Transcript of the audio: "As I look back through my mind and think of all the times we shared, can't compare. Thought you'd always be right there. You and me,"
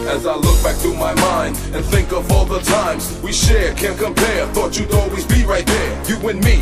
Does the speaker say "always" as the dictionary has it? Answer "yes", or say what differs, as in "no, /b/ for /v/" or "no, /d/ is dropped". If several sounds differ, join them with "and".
yes